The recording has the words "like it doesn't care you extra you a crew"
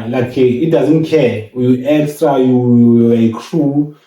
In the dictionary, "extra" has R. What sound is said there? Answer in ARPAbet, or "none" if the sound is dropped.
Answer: R